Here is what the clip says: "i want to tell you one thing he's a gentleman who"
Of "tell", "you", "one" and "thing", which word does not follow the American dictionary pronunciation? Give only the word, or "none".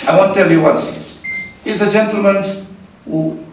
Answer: thing